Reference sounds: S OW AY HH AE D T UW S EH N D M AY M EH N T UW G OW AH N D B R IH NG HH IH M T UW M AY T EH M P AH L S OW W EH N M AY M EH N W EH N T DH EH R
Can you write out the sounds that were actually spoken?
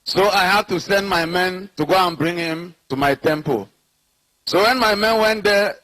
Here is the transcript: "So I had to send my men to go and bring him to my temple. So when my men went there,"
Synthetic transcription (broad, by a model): S OW AY HH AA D T UW S EH N D M AY M EH N T UW G OW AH N B R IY NG HH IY M T UW M AY T EH M P AH L S OW W EH N M AY M EH N W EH N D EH